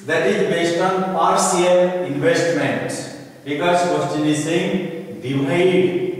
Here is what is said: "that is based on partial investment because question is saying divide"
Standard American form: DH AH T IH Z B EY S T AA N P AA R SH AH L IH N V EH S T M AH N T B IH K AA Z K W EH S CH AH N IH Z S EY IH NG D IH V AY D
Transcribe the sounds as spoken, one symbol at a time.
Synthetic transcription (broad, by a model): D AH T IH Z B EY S T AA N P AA R S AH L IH N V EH S T M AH N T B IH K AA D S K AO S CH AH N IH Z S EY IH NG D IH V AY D